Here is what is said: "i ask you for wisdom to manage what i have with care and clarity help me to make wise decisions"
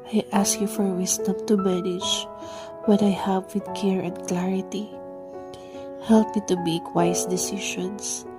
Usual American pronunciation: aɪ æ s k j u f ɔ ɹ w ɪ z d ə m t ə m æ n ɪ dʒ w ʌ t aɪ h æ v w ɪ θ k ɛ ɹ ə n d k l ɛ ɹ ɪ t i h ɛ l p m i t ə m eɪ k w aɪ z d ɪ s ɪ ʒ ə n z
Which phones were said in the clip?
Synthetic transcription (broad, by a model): aɪ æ s k j u f ɔ ɹ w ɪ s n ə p t ə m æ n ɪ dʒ w ʌ t aɪ h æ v w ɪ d k ɛ ɹ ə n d k l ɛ ɹ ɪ t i h ɛ l p m i t ə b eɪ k w aɪ s d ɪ s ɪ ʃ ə n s